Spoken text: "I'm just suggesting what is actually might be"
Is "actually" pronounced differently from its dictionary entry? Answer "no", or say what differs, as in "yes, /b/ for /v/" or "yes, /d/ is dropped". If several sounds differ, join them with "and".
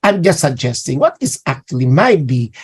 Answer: no